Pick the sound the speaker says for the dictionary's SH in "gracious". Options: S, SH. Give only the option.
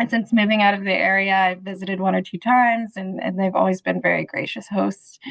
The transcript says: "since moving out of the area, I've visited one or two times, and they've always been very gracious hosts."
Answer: SH